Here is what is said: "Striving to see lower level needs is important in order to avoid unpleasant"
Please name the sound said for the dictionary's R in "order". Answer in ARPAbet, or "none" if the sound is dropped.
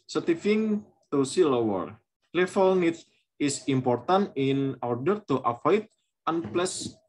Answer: R